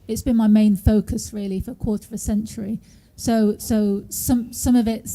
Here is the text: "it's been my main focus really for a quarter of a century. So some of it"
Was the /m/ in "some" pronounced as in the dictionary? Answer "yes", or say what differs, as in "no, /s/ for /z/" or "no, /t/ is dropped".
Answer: yes